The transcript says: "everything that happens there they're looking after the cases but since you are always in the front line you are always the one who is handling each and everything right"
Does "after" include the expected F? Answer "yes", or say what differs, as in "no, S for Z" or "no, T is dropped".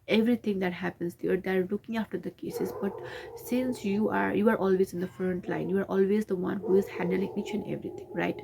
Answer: yes